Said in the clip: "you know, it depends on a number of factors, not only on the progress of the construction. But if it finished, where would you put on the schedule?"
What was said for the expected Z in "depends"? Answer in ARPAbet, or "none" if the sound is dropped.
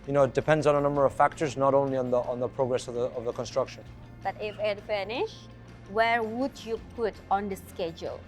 Z